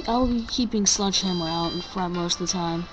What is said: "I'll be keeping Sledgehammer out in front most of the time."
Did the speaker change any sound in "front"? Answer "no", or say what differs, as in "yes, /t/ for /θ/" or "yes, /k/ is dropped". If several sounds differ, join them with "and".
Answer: yes, /n/ is dropped